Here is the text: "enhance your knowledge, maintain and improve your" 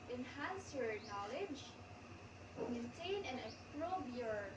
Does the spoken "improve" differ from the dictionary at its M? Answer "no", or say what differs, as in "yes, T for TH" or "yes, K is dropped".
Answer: yes, M is dropped